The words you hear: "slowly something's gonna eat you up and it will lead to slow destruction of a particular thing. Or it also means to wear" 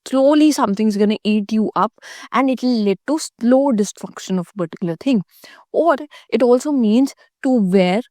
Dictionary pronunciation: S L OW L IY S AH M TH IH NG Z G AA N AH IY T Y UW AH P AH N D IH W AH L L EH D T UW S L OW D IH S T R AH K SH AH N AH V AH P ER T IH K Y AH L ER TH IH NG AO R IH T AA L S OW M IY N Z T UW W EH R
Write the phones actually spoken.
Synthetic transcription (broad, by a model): S L OW L IY S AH M T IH NG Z G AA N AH IY T Y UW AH P AH N D IH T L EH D T UW S L OW D IH S T R AH K SH AH N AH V AH P ER T IH K Y AH L ER T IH NG AO R IH T AA L S OW M IY N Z T UW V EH R